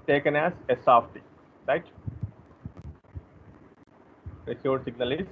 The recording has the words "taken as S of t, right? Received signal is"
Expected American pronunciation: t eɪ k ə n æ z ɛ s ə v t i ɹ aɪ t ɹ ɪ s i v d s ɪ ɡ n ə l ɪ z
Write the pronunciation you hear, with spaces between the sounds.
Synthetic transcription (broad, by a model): t eɪ k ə n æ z ɛ s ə f t i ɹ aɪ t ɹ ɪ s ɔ d s ɪ ɡ n ə l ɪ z